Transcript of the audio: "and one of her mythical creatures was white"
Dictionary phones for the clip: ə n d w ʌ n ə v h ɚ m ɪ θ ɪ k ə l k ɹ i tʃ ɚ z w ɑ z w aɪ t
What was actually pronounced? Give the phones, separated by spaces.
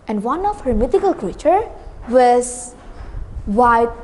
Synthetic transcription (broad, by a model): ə n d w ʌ n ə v h ɚ m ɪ t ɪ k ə l k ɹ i tʃ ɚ w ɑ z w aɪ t